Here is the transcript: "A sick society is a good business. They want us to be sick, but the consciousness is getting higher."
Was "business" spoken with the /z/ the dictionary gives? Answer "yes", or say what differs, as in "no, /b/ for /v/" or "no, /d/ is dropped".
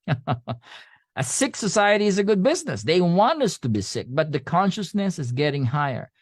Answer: yes